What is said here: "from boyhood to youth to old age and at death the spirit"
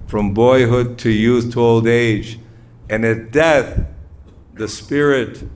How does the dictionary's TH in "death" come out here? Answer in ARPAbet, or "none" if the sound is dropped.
TH